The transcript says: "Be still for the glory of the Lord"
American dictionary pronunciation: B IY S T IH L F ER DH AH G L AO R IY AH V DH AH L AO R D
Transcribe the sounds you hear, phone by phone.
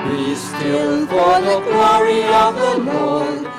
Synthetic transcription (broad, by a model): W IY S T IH N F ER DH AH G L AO R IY AH V DH AH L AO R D